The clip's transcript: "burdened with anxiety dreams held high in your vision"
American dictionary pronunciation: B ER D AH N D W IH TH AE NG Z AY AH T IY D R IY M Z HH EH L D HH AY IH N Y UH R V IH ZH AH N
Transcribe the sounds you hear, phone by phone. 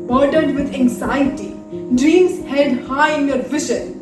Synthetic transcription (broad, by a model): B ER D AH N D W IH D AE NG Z AY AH T IY D R IY M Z HH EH D HH AY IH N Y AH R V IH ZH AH N